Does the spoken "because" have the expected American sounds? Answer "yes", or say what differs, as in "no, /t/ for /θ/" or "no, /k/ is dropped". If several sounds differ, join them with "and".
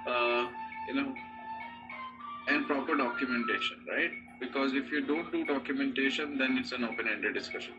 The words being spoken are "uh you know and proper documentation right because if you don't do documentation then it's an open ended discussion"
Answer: yes